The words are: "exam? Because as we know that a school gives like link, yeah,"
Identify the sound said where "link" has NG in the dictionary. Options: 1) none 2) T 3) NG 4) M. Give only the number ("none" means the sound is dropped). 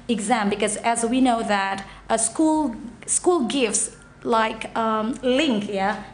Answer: 3